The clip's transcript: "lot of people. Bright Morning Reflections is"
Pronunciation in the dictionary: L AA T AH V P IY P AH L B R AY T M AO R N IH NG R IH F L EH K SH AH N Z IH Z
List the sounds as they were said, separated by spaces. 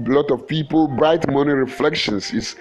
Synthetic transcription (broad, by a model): L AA T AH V P IY P AH L B R AY T M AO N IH R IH F L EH K SH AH N S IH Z